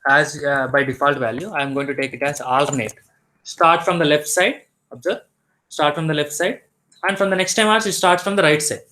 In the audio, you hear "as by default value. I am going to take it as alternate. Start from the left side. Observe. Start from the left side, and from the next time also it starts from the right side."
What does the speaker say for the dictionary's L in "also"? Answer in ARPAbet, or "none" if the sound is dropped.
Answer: none